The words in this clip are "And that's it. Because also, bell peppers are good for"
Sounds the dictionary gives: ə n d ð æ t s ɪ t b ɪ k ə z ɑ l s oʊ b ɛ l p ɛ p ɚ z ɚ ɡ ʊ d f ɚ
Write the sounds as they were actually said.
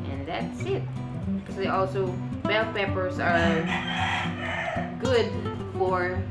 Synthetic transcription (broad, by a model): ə n ð æ t s ɪ t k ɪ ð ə ɑ l s oʊ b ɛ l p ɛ p ɚ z ɚ ɡ ʊ d f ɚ